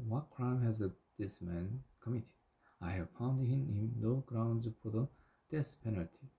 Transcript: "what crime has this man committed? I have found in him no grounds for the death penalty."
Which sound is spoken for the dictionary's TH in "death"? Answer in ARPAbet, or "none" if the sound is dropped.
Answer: S